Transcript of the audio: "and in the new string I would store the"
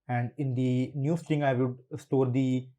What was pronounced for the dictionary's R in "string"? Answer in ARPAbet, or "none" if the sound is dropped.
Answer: none